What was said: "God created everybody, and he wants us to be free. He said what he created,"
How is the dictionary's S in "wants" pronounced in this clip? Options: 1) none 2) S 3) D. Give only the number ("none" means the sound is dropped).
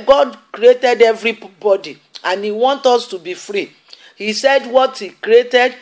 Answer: 1